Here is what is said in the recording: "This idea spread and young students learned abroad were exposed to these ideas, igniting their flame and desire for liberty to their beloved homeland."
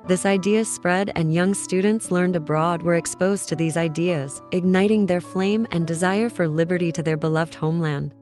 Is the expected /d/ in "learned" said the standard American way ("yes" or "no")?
yes